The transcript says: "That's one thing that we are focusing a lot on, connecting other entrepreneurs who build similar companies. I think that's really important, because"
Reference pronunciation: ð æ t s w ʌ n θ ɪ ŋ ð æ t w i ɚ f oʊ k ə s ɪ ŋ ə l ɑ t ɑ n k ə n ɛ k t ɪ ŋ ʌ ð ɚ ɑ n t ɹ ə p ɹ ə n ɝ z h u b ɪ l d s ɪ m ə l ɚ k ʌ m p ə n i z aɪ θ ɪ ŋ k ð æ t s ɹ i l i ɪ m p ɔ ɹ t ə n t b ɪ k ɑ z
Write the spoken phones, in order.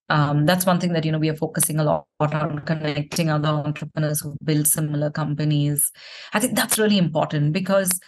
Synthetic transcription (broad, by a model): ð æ t s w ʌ n t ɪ ŋ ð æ t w i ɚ f oʊ k ə s ɪ ŋ ə l ɑ t ɑ n k ə n ɛ k t ɪ ŋ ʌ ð ɚ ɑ n t ɹ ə p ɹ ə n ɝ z h u b ɪ l d s ɪ m ə l ɚ k ʌ m p ə n i z aɪ t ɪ ŋ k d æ t s ɹ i l i ɪ m p ɔ ɹ t ə n t b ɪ k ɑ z